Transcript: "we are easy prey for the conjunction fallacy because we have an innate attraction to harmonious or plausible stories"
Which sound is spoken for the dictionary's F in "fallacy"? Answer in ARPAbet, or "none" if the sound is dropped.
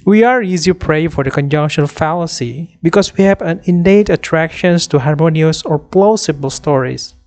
F